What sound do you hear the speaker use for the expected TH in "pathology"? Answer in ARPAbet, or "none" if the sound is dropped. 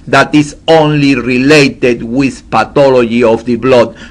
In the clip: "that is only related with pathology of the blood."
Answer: T